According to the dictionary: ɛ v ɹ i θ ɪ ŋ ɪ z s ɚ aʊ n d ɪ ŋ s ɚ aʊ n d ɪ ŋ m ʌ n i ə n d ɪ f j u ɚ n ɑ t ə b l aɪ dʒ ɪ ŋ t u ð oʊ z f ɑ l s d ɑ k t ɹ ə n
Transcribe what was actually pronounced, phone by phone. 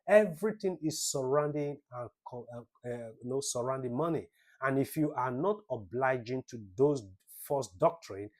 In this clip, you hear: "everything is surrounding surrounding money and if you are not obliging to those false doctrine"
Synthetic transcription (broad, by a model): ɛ v ɹ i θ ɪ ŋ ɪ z s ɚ aʊ n d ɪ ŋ s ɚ aʊ n d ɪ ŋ m ʌ n i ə n ɪ f j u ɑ n ɑ t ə b l aɪ dʒ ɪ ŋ t u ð oʊ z f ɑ s d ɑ k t ɹ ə n